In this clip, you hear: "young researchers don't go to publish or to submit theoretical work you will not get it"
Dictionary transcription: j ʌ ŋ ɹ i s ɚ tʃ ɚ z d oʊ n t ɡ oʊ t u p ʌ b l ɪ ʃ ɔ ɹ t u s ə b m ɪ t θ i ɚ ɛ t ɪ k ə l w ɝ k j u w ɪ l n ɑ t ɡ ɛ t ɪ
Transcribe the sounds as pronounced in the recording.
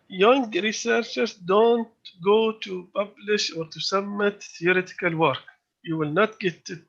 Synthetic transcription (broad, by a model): j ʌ ŋ ɹ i s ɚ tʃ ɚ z d oʊ n t ɡ oʊ t u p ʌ b l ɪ ʃ ɔ ɹ t u s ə m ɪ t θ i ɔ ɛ t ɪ k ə l w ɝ k j u w ɪ l n ɑ t ɡ ɛ t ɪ